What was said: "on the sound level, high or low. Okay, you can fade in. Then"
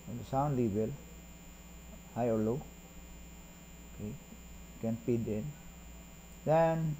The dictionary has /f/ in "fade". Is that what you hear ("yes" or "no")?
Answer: no